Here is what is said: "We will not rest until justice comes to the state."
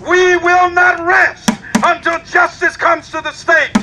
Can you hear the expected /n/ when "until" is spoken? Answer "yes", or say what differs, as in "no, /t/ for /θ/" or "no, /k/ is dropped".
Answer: yes